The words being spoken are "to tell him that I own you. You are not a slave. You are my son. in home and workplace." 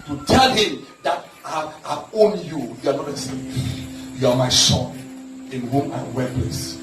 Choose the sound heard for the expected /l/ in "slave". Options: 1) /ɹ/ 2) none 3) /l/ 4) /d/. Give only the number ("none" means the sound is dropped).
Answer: 2